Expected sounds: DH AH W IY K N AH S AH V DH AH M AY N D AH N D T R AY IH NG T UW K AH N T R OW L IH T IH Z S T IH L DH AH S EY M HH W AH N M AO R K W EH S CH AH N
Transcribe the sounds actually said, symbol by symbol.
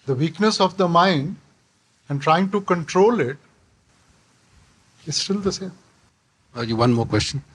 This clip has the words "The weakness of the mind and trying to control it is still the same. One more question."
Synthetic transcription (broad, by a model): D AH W IY K N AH S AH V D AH M AY N D AH N D T R AY IH NG T UW K AH N T R OW L IH T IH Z S T IH L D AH S EY M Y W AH N M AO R K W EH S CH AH N